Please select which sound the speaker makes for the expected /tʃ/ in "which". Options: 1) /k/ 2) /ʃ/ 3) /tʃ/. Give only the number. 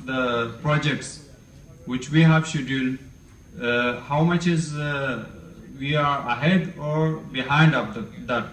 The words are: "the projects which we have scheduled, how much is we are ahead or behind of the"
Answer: 3